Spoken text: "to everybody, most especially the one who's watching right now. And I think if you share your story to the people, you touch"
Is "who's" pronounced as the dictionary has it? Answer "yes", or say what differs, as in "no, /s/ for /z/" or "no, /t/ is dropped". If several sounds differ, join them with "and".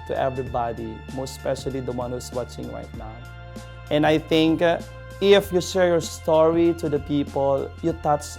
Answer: no, /s/ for /z/